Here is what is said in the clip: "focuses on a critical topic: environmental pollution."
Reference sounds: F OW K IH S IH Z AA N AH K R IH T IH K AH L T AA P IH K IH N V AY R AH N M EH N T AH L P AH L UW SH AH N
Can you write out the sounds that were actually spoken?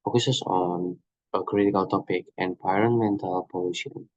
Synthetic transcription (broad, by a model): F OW K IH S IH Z AA N AH K R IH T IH K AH L T AA P IH K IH N P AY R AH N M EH N T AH L P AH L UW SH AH N